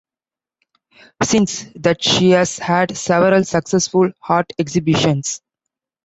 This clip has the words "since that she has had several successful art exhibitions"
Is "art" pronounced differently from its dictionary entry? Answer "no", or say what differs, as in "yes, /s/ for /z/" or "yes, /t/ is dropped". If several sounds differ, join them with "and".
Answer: no